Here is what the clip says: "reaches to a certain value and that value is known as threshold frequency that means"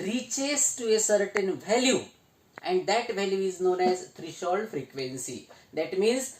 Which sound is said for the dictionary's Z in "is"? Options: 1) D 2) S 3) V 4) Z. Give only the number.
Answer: 4